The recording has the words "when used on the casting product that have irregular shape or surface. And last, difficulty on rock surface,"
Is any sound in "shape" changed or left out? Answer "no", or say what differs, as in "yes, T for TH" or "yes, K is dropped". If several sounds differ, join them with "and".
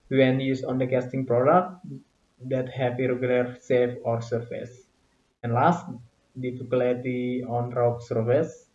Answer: yes, S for SH and F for P